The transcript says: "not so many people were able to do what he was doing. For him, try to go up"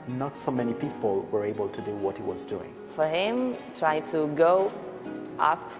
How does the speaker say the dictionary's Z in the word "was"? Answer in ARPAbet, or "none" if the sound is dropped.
Z